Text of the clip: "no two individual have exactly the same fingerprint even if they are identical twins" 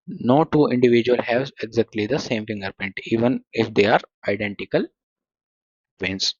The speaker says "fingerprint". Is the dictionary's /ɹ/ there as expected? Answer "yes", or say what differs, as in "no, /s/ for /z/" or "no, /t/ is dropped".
no, /ɹ/ is dropped